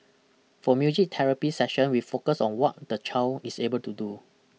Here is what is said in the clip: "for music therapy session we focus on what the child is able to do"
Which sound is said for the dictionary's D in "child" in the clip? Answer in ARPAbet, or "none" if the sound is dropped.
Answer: none